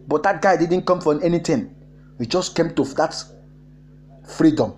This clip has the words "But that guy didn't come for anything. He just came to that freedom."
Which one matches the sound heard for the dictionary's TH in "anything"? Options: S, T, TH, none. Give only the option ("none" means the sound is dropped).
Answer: T